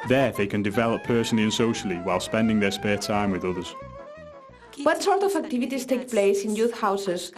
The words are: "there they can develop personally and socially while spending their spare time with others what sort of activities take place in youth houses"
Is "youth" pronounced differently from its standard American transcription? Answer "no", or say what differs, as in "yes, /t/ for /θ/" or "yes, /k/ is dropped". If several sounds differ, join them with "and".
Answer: no